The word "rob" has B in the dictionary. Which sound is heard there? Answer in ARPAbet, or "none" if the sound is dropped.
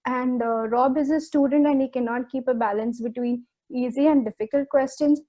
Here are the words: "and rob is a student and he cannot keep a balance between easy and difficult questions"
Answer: B